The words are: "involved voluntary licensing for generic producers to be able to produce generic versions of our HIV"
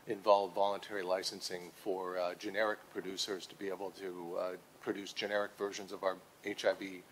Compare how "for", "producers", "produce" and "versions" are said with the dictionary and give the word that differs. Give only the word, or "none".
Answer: none